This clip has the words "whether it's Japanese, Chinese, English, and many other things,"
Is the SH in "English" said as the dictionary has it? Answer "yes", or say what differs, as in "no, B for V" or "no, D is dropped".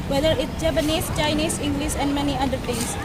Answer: no, S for SH